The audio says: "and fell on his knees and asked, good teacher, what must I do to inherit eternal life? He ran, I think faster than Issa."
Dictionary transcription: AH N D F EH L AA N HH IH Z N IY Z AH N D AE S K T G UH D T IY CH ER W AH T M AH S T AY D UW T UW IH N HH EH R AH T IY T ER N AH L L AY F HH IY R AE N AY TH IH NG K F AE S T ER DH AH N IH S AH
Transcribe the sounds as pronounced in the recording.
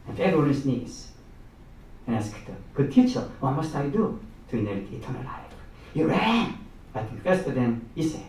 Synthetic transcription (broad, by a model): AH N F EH W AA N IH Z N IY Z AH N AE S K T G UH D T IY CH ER W AH T M AH S T AY D UW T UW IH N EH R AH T IY T ER N AH L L AY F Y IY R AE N AY TH IH NG K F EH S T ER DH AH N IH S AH